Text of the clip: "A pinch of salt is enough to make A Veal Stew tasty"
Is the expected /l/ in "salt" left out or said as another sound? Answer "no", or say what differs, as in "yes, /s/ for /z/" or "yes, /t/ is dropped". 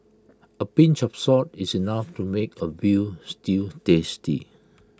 yes, /l/ is dropped